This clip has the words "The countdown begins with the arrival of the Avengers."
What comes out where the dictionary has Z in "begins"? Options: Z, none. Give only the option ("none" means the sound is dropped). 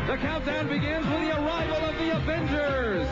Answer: Z